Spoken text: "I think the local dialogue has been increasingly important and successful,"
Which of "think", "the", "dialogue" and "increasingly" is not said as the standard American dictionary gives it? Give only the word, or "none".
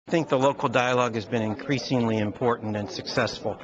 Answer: none